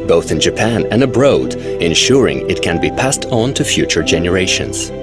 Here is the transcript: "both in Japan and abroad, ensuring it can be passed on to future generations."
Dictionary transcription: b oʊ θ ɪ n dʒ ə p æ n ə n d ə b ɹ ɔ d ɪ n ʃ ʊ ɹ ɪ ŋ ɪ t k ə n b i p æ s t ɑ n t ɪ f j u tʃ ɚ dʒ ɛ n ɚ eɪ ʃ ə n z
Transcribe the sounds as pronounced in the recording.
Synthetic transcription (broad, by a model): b oʊ θ ɪ n dʒ ə p æ n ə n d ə b ɹ ɔ d ɪ n ʃ ʊ ɹ ɪ ŋ ɪ t k ə n b i p æ s t n t ɪ f j u tʃ ɚ dʒ ɛ n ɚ eɪ ʃ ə n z